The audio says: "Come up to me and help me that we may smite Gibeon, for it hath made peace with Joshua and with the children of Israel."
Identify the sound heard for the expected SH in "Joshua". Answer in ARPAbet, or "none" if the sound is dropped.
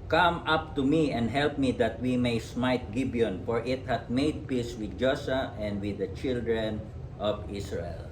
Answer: S